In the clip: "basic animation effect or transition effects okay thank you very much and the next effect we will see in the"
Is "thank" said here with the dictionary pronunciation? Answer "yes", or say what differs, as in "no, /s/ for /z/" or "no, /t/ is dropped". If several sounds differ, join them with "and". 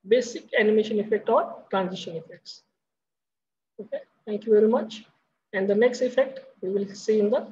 no, /t/ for /θ/